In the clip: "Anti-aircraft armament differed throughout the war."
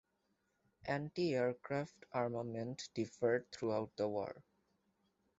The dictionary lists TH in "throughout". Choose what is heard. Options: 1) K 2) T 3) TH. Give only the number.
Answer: 2